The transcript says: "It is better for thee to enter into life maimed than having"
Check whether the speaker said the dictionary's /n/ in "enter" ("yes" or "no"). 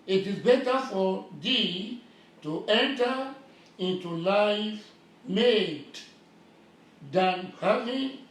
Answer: yes